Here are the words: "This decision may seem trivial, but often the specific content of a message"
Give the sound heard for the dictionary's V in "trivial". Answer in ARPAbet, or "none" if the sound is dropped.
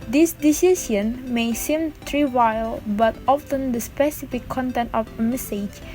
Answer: W